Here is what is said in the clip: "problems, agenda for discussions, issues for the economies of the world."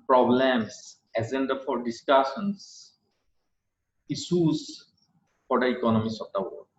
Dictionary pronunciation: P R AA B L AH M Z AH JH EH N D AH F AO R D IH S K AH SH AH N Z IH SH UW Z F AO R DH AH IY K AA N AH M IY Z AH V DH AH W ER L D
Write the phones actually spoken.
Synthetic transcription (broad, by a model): P R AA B L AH M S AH Z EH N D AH F AO R D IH S K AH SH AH N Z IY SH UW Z F AO R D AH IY K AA N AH M IY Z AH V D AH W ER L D